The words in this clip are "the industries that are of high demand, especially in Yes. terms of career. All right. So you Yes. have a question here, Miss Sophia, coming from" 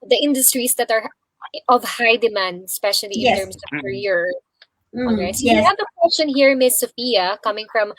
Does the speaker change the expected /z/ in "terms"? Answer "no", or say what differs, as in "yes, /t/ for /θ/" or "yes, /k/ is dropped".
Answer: yes, /s/ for /z/